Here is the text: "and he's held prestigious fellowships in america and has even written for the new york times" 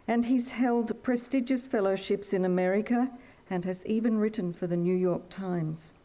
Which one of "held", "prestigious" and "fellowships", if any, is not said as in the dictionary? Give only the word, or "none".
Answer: none